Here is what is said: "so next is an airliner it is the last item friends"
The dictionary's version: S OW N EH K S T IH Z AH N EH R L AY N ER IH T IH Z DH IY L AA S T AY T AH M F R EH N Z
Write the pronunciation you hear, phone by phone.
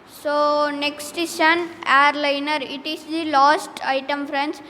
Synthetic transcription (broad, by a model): S OW N EH K S T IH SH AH N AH R L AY N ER IH T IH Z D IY L AA S T AY T AH M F R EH N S